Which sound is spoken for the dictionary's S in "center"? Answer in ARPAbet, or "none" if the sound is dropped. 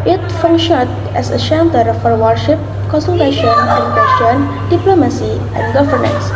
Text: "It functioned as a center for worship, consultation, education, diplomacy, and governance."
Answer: SH